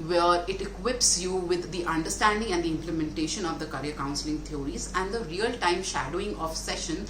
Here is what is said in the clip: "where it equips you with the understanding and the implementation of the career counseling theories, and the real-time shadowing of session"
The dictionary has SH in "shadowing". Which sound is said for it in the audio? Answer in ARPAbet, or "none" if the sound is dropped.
SH